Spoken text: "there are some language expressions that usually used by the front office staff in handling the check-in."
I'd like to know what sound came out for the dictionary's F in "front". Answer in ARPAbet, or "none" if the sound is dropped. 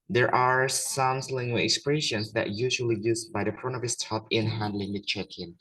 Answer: P